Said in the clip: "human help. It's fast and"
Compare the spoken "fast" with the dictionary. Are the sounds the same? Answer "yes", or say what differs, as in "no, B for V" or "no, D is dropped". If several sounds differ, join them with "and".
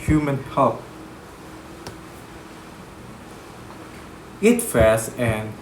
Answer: no, T is dropped